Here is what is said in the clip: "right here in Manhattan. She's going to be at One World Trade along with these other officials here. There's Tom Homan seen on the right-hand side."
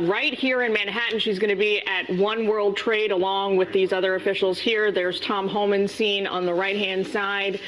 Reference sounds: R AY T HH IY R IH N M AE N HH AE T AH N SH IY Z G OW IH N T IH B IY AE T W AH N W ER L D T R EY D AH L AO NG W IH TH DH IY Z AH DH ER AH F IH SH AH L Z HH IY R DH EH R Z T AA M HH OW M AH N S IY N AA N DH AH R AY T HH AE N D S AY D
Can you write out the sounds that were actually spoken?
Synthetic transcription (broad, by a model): R AY T HH IY R IH N M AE N HH AE T N SH IY Z G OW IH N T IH B IY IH T W AH N W ER L D T R EY D AH L AO NG W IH DH IY Z AH DH ER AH F IH SH L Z HH IY R DH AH R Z T AA M HH OW M AH N S IY N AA N DH AH R AY T HH AE N D S AY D